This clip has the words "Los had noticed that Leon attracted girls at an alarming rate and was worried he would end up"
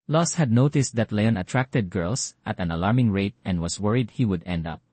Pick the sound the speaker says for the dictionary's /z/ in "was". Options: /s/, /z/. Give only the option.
/s/